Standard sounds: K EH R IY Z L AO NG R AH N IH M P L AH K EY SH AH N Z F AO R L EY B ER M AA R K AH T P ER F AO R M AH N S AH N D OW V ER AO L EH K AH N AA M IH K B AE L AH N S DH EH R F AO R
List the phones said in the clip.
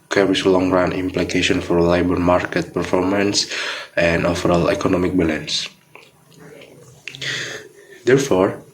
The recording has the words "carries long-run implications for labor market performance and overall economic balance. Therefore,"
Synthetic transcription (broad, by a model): K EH R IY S L AO NG R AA N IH M P L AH K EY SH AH N F AO R L EY B ER M AA R K AH T P ER F AO R M AH N S AH N D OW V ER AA L EH K AH N AA M IH K B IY L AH N S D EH R F AO R